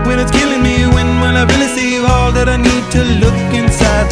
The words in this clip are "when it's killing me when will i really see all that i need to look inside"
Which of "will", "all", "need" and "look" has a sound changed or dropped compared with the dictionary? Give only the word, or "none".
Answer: will